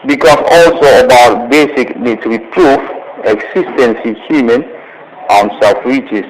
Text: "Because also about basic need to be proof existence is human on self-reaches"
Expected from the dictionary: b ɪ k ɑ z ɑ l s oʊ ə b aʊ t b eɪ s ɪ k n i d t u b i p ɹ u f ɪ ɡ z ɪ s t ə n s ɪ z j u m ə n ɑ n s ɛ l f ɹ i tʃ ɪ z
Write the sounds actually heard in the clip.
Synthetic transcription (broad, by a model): b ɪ k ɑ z ɑ l s oʊ ə b aʊ t b eɪ s ɪ k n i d t u b i p ɹ u f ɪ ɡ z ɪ s t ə n s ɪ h j u m ə n ɑ n s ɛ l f ɹ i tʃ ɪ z